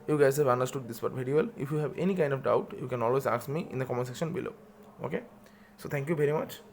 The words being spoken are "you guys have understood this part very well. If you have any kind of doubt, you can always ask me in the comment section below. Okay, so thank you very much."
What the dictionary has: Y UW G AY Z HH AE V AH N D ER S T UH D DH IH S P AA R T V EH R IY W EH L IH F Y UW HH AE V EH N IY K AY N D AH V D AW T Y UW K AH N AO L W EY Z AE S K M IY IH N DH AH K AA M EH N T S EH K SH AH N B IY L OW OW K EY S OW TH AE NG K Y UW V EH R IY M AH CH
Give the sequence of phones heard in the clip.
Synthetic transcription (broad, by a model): Y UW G AY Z HH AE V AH N D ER S T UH D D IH S B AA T V EH R IY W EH L IH F Y UW HH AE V EH N IY K AY N D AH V D AW T Y UW K AH N AO L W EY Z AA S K M IY IH N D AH K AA M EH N S EH K SH AH N B IY L OW OW K EY S OW T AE NG K Y UW V EH R IY M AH CH